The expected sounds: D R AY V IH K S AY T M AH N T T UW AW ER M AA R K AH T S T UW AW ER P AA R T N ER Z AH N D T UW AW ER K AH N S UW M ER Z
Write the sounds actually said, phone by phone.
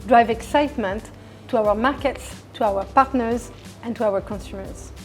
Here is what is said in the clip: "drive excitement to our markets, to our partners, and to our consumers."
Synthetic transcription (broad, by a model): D R AY V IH K S AY T M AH N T T UW AW ER M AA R K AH T S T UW AW ER P AA R T N ER Z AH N T UW AW ER K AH N S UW M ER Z